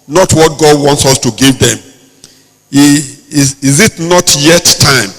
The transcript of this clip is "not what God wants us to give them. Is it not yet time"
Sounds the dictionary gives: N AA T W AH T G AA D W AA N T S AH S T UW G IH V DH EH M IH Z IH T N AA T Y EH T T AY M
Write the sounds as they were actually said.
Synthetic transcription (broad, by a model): N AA T W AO T G AA D W AA N T S AH S T UW G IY V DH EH M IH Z IH T N AA T Y EH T T AY M